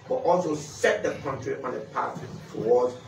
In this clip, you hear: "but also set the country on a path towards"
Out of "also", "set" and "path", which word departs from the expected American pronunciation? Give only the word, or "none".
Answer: path